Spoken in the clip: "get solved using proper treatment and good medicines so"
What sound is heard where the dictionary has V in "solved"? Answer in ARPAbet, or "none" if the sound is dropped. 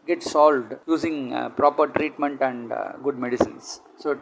V